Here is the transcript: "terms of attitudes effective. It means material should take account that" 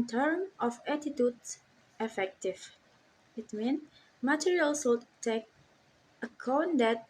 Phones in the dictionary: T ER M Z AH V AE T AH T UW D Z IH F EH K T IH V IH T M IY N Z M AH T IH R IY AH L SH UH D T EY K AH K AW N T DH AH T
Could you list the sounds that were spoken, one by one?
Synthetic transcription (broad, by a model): T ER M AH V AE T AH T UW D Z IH F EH K T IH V IH T M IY N M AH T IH R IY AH L S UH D T EY K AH K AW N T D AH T